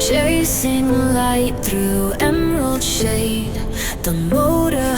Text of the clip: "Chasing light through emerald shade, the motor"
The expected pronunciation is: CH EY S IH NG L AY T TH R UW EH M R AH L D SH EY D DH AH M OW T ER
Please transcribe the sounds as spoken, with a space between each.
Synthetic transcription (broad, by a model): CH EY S IH NG L AY T TH R UW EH M AH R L SH EY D DH AH M OW T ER